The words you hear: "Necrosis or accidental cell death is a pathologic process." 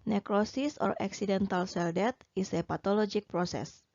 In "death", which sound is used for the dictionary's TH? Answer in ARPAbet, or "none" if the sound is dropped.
T